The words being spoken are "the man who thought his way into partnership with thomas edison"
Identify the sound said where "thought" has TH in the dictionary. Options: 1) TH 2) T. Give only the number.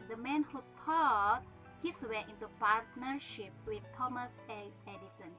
2